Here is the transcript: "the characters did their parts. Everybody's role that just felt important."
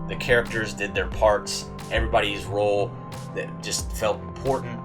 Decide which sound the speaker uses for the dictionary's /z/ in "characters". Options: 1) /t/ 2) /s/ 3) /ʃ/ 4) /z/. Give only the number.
4